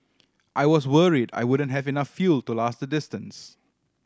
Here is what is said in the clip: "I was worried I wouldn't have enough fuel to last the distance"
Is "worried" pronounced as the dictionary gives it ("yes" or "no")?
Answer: yes